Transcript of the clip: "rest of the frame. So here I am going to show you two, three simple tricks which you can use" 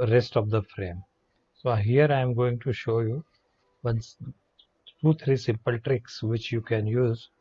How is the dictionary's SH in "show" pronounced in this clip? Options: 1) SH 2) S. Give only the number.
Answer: 1